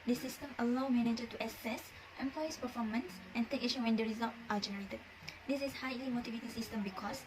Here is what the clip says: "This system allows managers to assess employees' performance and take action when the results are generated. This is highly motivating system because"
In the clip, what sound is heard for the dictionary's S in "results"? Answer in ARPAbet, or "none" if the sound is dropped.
none